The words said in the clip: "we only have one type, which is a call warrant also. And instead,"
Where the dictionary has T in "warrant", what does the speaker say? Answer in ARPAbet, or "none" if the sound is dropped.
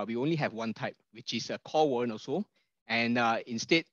none